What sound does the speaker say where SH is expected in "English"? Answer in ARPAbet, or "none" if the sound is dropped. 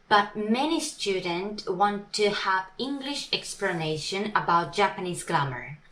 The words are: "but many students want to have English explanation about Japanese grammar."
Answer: SH